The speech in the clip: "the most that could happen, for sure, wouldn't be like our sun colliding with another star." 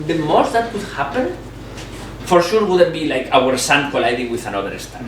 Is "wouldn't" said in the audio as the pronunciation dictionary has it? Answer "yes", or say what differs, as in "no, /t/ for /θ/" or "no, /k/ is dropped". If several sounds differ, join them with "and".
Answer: no, /n/ is dropped